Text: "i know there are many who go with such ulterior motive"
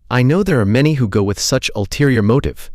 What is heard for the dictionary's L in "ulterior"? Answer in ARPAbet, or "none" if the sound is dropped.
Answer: L